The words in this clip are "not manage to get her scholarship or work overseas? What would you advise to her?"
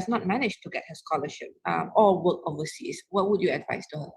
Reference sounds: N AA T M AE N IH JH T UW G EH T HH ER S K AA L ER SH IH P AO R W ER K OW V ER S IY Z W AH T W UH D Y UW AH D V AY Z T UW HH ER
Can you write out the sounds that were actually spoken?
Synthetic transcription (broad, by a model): N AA T M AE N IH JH T UW G EH T HH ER S K AA L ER SH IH P AO L W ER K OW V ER S IY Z W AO T W UH D Y UW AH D V AY S T UW HH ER